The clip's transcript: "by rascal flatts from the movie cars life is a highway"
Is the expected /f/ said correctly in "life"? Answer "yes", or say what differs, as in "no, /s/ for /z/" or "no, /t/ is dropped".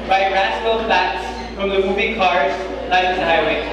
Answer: no, /f/ is dropped